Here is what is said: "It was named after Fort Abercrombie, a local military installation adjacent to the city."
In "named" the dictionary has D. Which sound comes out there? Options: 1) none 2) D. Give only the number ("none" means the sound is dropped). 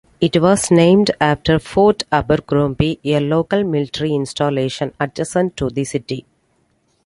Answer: 2